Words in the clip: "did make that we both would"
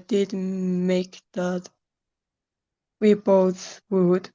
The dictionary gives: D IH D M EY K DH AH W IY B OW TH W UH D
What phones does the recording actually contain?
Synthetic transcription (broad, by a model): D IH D M EY K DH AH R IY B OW S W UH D